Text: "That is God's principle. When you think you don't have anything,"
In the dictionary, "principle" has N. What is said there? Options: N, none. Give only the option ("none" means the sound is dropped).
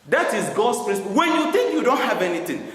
none